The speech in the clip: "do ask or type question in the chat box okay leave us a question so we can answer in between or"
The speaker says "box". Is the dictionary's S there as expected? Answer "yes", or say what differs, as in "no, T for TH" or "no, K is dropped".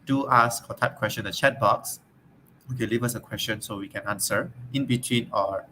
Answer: yes